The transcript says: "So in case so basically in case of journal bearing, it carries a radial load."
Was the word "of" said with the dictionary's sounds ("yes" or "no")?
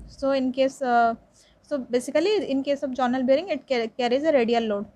no